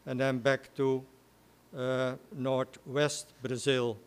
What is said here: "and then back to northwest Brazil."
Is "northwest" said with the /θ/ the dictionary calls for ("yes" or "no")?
no